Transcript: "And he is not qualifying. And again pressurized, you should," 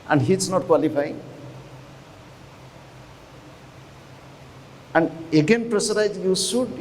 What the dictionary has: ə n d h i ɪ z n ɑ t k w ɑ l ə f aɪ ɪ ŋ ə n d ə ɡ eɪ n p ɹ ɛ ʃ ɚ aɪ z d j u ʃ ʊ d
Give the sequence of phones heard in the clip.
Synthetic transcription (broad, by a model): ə n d h i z n ɑ t k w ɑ l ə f aɪ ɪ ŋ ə n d ə ɡ eɪ n p ɹ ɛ s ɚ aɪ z j u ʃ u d